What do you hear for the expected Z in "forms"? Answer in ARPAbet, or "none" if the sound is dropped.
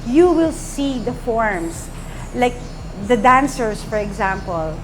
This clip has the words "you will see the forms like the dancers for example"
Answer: S